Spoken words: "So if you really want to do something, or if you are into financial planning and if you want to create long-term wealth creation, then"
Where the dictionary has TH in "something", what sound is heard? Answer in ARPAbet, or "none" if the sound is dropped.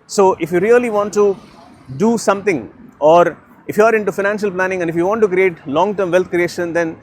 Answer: T